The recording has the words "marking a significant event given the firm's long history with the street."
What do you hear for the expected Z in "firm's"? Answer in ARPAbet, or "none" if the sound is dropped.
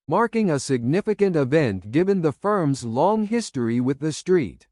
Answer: Z